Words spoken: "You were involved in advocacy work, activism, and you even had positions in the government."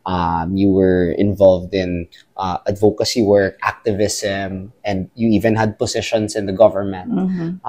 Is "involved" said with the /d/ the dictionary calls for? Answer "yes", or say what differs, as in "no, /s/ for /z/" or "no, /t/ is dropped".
yes